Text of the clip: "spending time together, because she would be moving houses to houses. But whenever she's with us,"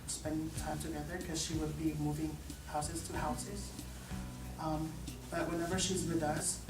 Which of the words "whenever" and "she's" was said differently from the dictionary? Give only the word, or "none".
none